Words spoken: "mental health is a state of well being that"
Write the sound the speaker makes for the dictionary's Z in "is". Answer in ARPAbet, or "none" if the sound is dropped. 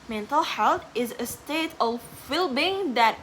Z